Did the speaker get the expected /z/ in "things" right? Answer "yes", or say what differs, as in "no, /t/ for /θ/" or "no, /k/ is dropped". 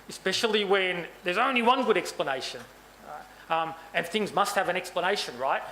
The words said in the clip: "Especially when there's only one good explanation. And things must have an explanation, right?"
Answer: yes